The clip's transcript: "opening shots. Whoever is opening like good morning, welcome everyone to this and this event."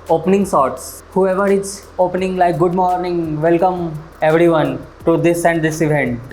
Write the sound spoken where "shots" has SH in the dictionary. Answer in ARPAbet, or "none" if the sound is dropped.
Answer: S